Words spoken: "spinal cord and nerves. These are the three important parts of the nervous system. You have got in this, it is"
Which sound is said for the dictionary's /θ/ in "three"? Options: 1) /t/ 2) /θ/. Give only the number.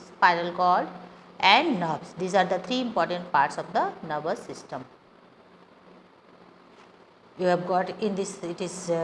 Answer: 1